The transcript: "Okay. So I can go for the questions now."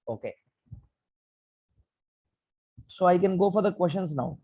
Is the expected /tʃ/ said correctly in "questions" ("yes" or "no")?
no